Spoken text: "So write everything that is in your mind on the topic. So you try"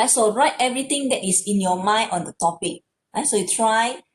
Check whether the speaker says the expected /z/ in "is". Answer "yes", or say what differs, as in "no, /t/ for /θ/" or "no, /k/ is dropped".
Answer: no, /s/ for /z/